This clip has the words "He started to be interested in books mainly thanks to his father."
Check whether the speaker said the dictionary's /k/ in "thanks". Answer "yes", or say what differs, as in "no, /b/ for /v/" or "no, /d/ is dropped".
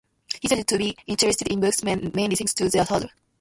no, /k/ is dropped